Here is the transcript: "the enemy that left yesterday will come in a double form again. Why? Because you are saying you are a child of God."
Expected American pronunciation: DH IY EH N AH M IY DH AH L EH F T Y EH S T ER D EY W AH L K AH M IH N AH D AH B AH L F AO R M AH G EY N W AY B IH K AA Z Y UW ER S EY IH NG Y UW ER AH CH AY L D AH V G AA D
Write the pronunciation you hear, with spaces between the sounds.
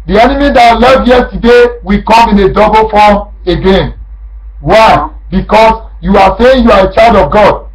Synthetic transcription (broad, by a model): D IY EH N AH M IY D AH L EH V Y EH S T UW D EY W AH K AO M IH N AH D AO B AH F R AO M AH G EY N W AY B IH K AA S Y UW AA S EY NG Y UW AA AH CH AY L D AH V G AA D